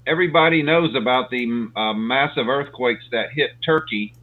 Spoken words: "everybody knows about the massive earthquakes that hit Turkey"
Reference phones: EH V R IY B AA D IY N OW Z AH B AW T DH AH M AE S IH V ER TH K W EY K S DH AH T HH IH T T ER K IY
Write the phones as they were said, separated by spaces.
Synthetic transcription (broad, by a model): EH V R IY B AA D IY N OW Z AH B AW T DH AH M AE S IH V ER TH K W EY K S DH AH T HH IH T T ER K IY